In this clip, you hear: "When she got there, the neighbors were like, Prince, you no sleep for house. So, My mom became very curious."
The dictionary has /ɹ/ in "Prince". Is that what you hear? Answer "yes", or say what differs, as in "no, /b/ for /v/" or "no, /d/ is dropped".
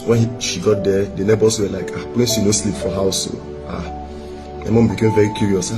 no, /l/ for /ɹ/